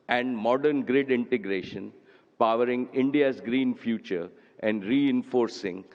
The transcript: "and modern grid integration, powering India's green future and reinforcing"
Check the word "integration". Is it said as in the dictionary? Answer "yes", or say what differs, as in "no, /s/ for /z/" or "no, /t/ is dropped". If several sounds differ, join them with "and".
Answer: yes